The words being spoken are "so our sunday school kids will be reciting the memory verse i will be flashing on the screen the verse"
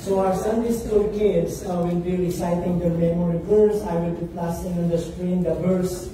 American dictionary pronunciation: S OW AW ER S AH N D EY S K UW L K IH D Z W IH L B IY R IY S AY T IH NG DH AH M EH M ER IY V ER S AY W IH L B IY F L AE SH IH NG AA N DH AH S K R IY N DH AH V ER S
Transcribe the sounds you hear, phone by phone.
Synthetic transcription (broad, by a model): S OW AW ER S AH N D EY S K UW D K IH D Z W IH L B IY R IY S AY T IH NG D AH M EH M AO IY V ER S AY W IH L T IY P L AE S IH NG AA N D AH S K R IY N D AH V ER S